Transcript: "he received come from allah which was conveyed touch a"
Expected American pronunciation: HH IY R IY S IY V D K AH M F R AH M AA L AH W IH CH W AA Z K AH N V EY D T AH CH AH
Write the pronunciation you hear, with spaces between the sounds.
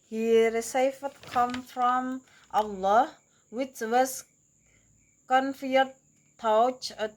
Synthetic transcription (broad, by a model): HH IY R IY S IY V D K AH M F R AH M AA L AH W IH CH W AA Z K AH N F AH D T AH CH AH